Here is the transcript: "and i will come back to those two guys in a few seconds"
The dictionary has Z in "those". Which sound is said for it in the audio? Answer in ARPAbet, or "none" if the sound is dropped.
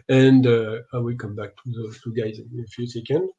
none